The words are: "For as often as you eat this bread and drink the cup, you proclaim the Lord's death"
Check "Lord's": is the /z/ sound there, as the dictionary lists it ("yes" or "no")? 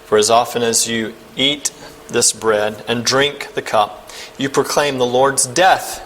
yes